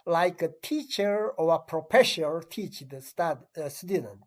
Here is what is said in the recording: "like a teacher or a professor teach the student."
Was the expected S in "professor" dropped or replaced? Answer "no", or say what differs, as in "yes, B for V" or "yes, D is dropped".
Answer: yes, SH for S